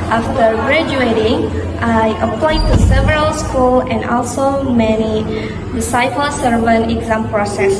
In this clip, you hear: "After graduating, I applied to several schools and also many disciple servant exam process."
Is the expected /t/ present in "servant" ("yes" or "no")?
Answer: no